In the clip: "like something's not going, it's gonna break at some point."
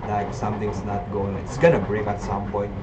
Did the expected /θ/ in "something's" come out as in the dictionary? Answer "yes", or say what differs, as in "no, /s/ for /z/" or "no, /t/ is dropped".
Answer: no, /t/ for /θ/